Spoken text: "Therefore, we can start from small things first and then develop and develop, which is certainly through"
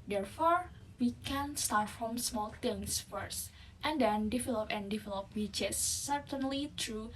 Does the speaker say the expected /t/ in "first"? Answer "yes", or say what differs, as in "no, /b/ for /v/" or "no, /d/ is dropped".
yes